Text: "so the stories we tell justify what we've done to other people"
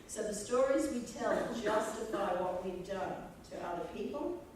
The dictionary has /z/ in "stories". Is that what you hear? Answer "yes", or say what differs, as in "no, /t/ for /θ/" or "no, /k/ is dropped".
yes